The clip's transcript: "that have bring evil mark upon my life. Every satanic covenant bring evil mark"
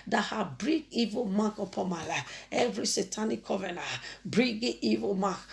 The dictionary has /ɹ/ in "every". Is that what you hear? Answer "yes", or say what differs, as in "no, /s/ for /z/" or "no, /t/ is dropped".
yes